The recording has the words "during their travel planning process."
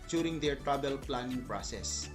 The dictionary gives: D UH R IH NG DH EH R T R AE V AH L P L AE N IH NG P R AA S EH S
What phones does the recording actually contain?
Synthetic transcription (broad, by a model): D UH R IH NG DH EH R T R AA B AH L P L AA N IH NG P R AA S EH S